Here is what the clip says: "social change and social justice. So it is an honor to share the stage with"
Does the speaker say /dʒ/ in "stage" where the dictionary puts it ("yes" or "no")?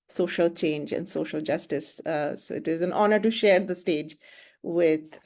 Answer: yes